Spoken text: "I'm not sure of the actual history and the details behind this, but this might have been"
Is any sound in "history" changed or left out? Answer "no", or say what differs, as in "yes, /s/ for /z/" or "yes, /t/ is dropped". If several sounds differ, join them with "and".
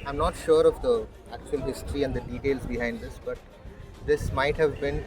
no